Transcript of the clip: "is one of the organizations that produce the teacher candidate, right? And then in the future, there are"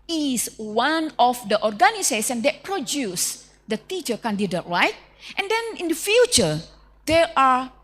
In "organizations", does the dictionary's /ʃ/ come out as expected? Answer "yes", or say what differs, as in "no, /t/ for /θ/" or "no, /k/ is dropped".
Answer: no, /s/ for /ʃ/